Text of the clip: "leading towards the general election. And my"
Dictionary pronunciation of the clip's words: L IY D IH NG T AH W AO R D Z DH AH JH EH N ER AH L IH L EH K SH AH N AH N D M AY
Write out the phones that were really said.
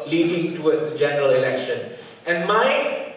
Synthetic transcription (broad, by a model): L IY D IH NG T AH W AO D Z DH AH JH EH N ER AH L IH L EH K SH AH N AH N M AY